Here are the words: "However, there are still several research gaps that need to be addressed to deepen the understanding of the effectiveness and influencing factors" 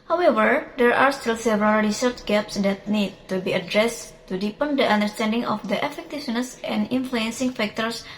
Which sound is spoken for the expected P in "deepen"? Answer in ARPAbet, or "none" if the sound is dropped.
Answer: P